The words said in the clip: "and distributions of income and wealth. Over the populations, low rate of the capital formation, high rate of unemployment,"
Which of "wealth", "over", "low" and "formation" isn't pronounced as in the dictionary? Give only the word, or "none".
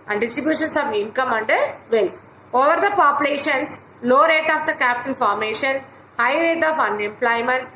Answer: wealth